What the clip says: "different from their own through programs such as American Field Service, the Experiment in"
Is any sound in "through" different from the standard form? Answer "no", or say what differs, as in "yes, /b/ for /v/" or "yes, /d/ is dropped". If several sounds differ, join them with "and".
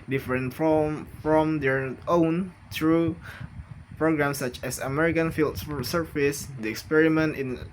yes, /t/ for /θ/